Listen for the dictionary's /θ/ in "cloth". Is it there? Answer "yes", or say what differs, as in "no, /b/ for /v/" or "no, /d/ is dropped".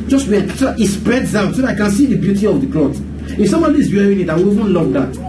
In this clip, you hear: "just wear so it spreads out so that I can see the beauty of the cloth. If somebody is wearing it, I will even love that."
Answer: no, /t/ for /θ/